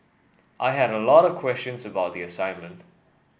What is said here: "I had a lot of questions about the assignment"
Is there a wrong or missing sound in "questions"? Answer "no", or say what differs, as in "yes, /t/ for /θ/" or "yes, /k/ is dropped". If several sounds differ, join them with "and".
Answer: no